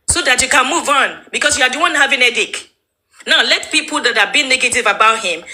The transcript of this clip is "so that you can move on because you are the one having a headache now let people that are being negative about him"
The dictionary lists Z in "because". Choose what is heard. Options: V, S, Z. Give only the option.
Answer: S